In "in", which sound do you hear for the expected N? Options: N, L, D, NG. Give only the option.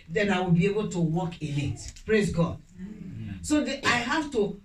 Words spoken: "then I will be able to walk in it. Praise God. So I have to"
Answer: L